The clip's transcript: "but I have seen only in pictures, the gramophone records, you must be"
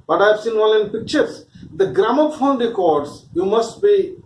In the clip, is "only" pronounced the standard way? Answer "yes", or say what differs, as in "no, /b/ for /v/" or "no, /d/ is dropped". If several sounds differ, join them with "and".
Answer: no, /n/ is dropped